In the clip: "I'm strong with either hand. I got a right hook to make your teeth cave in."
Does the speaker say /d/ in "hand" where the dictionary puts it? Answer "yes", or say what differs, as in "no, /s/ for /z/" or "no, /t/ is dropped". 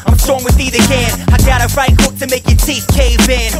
no, /d/ is dropped